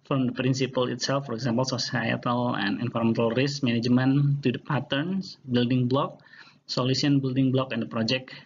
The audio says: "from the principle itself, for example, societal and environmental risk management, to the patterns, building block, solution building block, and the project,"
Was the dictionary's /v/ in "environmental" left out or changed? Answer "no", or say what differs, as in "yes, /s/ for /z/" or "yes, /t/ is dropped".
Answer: yes, /f/ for /v/